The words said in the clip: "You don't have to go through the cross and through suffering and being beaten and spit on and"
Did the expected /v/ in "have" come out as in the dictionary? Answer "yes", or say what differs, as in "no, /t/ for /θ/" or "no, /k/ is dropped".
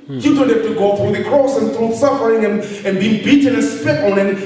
no, /f/ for /v/